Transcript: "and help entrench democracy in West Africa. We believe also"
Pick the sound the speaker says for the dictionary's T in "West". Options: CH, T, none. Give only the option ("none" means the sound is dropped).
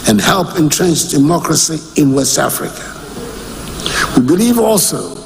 T